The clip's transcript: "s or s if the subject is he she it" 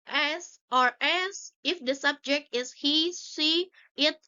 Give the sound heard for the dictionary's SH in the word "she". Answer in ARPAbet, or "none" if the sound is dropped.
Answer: S